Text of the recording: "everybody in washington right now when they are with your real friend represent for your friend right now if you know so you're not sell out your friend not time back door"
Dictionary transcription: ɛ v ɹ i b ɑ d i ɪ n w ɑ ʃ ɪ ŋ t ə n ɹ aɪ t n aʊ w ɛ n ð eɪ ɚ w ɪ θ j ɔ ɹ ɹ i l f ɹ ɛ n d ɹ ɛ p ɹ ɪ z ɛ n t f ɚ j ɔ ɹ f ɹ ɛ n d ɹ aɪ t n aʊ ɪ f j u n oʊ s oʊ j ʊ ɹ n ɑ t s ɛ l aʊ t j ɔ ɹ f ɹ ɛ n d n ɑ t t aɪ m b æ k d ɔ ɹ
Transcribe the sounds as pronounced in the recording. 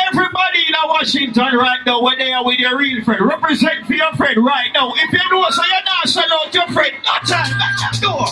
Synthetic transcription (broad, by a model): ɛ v ɹ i b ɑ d i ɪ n w ɑ ʃ ɪ ŋ t ə n ɹ aɪ t n aʊ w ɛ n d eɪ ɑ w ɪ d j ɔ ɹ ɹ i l f ɹ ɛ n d ɹ ɛ p ɹ ɪ z ɛ n t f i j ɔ f ɹ ɛ n d ɹ aɪ t n aʊ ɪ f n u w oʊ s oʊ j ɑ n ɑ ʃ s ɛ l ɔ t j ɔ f ɹ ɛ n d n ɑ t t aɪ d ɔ